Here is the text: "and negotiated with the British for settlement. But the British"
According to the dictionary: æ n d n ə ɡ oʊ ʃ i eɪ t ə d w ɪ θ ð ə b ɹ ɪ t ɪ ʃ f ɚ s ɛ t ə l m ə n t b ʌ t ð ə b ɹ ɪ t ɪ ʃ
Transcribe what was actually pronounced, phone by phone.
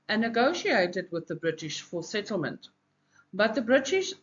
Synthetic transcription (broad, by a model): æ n n ə ɡ oʊ ʃ i eɪ t ə d w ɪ ð ə b ɹ ɪ t ɪ ʃ f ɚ s ɛ t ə l m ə n t b ʌ t ð ə b ɹ ɪ t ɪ ʃ